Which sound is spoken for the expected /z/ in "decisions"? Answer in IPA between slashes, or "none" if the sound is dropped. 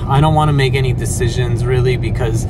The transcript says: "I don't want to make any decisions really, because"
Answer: /z/